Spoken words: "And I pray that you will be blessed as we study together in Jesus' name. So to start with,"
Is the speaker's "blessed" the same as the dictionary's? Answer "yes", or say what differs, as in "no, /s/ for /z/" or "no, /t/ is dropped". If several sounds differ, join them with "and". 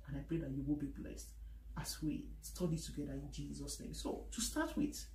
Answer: yes